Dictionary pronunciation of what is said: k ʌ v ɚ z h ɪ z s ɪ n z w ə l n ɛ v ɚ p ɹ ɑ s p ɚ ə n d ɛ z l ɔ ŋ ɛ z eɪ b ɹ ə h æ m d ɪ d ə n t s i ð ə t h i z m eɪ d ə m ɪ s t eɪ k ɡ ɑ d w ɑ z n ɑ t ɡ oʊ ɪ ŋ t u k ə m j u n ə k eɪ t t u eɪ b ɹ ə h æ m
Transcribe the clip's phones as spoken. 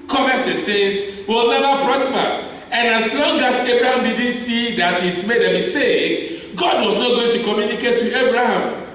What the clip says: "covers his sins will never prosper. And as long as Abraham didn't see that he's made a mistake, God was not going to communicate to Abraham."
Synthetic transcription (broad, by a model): k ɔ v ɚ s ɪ s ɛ z w ə l n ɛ v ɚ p ɹ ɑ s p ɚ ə n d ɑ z l ɔ ŋ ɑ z eɪ b ɹ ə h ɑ m d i d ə n t s i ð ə t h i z m eɪ d ə m ɪ s t eɪ k ɡ ɑ d w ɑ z n ɑ t ɡ oʊ ɪ ŋ t u k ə m j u n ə k eɪ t t u eɪ b ɹ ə h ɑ m